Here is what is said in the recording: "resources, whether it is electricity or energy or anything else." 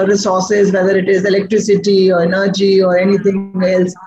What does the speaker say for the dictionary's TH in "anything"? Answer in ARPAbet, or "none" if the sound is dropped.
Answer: T